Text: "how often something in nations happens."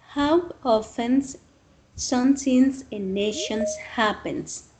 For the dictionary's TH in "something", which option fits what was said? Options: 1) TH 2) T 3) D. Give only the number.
2